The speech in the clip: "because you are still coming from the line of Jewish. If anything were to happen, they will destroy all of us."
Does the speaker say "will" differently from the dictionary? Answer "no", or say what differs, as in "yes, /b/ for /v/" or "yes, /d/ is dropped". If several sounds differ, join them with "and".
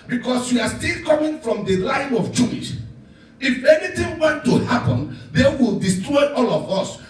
no